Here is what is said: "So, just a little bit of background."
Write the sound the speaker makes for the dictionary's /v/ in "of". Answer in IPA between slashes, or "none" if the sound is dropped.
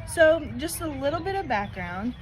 /v/